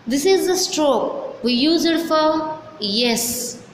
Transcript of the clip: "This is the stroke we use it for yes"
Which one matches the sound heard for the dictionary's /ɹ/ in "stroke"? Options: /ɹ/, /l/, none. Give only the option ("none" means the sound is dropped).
/ɹ/